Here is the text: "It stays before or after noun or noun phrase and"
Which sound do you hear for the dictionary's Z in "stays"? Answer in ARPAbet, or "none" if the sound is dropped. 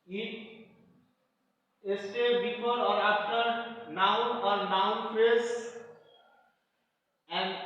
none